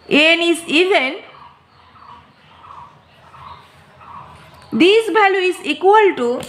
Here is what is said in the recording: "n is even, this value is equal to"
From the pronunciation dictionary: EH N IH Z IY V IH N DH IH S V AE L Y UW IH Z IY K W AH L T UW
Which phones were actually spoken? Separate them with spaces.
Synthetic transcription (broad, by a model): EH N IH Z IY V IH N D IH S B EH L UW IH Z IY K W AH L T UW